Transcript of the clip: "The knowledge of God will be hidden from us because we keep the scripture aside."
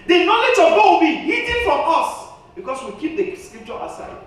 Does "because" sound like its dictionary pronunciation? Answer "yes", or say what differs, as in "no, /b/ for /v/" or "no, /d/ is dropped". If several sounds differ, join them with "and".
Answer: no, /s/ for /z/